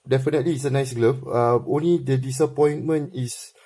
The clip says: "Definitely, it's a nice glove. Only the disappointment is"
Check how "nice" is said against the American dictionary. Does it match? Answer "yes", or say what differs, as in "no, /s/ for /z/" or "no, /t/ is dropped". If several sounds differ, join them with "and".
yes